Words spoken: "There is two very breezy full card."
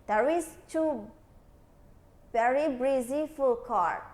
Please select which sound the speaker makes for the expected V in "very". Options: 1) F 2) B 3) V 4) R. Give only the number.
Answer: 2